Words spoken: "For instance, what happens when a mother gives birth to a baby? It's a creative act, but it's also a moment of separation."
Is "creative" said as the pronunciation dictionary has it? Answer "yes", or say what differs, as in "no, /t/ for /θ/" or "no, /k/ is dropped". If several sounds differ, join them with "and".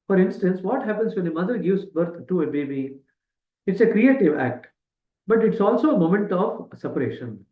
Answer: yes